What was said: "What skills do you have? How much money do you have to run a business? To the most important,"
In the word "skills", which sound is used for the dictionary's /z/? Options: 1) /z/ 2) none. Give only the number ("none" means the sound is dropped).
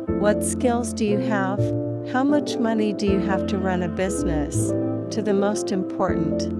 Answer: 1